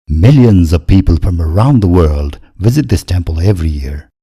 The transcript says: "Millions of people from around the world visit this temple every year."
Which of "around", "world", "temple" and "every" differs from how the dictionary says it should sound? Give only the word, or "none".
none